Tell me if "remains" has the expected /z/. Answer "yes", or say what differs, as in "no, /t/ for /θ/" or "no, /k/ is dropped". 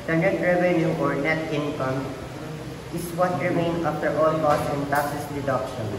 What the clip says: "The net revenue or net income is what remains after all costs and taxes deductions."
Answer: no, /z/ is dropped